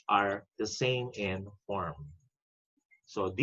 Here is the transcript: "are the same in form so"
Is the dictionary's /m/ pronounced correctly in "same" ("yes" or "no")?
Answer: yes